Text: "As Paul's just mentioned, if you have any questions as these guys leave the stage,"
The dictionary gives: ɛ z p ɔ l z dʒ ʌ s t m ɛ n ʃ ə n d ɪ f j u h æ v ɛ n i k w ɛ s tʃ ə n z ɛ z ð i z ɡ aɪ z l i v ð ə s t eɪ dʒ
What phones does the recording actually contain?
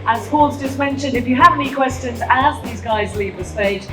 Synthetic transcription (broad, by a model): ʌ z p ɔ l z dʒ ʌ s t m ɛ n ʃ ə n d ɪ f j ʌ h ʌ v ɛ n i k w ɛ s tʃ ə n z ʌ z ð i z ɡ aɪ z l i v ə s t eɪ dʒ